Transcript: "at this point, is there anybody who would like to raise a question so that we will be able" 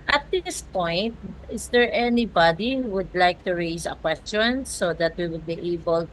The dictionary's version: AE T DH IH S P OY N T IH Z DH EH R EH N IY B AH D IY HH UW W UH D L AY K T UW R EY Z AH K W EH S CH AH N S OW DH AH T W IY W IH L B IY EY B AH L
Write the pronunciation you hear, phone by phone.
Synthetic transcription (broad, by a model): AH T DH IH S P OY N T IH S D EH R EH N IY B AH D IY HH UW W UH D L AY K T UW R EY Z AH K W EH S CH AH N S OW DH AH T W IY W IH L B IY EY B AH L